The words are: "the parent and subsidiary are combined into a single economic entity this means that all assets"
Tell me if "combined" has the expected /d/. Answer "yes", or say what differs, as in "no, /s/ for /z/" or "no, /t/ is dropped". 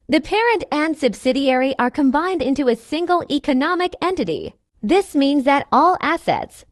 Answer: yes